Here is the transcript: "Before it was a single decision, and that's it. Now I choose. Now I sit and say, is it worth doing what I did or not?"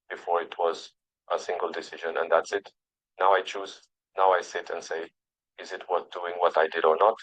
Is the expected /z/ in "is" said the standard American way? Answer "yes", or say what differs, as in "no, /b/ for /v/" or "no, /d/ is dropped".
yes